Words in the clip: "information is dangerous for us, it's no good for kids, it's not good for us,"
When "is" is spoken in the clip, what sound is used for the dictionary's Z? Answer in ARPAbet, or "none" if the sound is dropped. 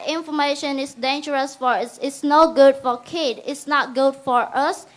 S